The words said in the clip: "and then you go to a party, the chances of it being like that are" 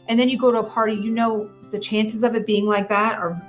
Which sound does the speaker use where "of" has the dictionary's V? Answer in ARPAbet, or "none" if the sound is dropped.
V